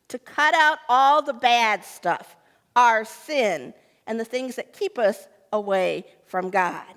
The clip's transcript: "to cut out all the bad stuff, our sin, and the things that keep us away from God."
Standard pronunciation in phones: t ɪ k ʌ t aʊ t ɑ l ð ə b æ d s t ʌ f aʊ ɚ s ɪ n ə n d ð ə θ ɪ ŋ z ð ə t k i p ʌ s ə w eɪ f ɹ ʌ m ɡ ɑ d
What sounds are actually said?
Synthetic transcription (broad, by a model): t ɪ k ʌ t aʊ t ɑ l ð ə b æ d s t ʌ f aʊ ɚ s ɪ n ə n ð ə θ ɪ ŋ z ð ə t k i p ʌ s ə w eɪ f ɹ ʌ m ɡ ɑ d